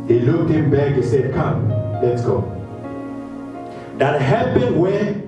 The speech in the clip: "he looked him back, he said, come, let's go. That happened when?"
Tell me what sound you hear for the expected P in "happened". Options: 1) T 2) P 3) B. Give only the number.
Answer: 3